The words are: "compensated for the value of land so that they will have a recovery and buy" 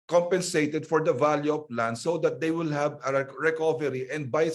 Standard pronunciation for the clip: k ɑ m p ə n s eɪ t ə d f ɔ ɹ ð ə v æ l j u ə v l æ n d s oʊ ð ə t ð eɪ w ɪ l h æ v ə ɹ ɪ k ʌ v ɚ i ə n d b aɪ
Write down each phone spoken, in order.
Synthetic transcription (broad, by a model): k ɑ m p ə n s eɪ t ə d f ɔ ɹ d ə v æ l j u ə p l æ n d s oʊ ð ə t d eɪ w ɪ l h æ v ə ɹ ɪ k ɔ v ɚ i ə n d b aɪ